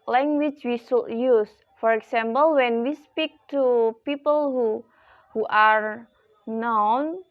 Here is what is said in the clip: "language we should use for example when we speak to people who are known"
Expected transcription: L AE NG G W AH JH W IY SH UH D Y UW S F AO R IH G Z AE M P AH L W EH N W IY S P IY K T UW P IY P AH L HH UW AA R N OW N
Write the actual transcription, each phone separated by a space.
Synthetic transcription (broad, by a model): L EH NG G W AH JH W IY S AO Y UW S F AO R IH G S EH M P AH L W EH N W IY S P IY K T UW P IY P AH L HH UW AA R N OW N